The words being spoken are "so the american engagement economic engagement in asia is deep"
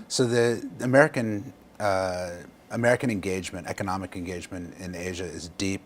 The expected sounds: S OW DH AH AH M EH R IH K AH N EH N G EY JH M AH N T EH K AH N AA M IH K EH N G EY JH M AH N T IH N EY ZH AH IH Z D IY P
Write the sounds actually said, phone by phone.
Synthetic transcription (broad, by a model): S OW DH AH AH M EH R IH K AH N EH N G EY JH M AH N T EH K AH N AA M IH K EH N G EY JH M AH N T IH N EY ZH AH IH Z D IY P